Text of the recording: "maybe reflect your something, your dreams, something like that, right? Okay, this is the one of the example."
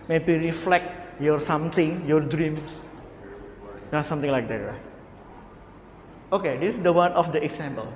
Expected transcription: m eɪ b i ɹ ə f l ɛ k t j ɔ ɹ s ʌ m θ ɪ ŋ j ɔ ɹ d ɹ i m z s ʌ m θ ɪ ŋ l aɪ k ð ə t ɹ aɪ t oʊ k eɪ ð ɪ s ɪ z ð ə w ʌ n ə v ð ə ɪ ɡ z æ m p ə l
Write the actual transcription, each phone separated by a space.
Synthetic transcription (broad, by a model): m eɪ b i ɹ ə f l ɛ k t j ɔ ɹ s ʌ m t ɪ ŋ j ɔ ɹ d ɹ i m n s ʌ m t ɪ ŋ l aɪ k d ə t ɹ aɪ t oʊ k eɪ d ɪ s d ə w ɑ n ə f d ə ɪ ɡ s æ m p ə l